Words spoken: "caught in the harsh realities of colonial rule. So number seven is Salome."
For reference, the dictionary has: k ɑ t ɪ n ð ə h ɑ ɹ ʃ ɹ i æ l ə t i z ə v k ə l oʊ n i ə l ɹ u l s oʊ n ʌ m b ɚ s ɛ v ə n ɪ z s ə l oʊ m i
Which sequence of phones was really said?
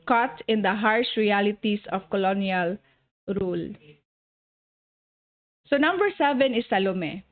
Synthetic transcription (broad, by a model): k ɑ t ɪ n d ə h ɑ ɹ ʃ ɹ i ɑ l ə t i s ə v k ə l oʊ n i ə l ɹ u l s oʊ n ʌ m b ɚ s ɛ v ə n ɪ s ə l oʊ m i